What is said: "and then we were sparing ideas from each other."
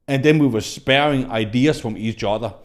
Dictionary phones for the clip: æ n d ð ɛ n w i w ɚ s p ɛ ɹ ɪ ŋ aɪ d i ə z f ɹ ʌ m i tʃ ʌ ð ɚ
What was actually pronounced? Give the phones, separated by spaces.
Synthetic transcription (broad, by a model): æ n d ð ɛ n w i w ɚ s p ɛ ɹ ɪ ŋ aɪ d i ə s f ɹ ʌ m i s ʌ ð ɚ